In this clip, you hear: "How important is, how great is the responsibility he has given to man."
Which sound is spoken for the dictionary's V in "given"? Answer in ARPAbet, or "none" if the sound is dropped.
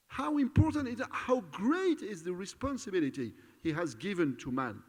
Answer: V